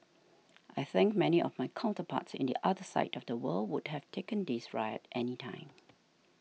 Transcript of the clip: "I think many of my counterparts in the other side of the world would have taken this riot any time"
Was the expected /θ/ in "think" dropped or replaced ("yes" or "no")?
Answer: no